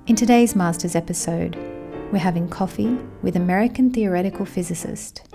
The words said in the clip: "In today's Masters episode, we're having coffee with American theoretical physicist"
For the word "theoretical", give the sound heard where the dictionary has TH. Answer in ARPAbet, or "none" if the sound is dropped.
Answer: TH